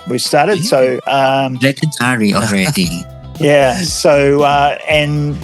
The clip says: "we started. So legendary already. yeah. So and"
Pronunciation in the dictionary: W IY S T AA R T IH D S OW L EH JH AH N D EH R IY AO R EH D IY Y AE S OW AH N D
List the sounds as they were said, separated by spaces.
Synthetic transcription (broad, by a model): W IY S T AA R T IH D S OW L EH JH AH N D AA R IY AO R EH D IY Y AE S OW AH N